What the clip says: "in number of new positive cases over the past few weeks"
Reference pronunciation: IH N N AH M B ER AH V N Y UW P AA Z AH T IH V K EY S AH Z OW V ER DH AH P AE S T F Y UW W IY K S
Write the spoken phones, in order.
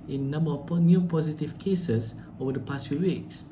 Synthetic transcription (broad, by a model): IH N N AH M B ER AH P N Y UW P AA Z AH T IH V K EY S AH S OW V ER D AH P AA S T F Y UW W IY K S